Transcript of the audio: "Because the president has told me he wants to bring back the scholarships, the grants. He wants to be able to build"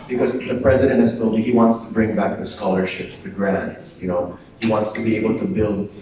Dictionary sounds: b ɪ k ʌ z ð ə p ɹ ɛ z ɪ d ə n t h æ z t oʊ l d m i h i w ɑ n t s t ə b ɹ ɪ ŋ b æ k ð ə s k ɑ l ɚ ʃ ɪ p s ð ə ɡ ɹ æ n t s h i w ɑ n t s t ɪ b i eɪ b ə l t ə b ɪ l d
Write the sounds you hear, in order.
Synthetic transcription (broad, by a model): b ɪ k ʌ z ð ə p ɹ ɛ z ɪ d ə n t h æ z t oʊ l d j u h i w ɑ n t s t ə b ɹ ɪ ŋ b æ k ð ə s k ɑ l ɚ ʃ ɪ p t ð ə ɡ ɹ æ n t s h i w ɑ n t s t ɪ b i eɪ b ə l t ə b ɪ l d